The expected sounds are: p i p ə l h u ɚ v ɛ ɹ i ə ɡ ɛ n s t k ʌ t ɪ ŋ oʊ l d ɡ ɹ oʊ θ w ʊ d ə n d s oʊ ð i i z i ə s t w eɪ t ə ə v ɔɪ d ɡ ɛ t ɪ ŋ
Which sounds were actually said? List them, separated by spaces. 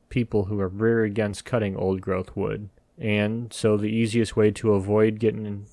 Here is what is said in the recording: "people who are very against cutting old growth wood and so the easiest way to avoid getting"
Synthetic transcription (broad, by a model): p i p l h u ɚ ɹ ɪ ɹ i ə ɡ ɛ n s t k ʌ t ɪ ŋ oʊ l d ɡ ɹ oʊ θ w ʊ d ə n s oʊ ð i i z i ə s t w eɪ t ə ə v ɔɪ d ɡ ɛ t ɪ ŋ